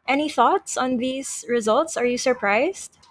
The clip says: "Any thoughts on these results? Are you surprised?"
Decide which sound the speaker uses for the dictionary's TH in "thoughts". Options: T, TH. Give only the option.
TH